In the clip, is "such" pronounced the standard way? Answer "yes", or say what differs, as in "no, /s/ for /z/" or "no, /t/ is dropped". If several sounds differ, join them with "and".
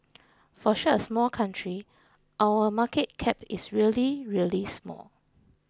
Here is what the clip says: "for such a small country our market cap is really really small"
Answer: no, /ʃ/ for /s/ and /tʃ/ is dropped